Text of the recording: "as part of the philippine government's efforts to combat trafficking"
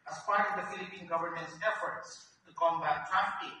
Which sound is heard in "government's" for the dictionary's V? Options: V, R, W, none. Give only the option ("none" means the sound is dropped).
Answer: V